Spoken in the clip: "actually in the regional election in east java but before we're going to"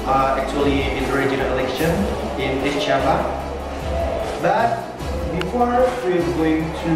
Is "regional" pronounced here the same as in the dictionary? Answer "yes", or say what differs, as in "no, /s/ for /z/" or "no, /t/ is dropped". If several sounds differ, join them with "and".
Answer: no, /n/ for /l/